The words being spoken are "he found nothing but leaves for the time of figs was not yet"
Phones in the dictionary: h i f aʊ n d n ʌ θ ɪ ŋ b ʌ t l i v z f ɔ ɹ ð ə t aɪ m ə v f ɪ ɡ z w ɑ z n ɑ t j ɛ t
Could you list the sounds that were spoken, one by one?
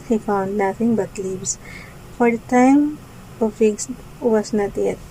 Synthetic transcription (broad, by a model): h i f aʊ n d l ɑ f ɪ ŋ b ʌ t l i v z f ɔ ɹ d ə t aɪ m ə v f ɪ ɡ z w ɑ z n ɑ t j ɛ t